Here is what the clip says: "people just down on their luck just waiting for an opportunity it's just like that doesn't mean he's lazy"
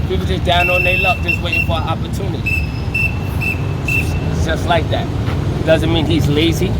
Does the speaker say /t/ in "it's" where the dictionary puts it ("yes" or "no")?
no